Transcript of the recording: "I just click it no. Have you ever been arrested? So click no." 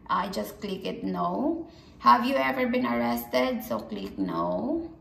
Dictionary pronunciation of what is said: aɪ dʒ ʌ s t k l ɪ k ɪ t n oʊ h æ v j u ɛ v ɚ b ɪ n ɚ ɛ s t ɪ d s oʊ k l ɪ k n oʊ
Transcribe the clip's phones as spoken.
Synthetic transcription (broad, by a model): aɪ dʒ ʌ s t k l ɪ k ɪ t n oʊ h æ v j u ɛ v ɚ b ɪ n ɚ ɛ s t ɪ d s oʊ k l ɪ k n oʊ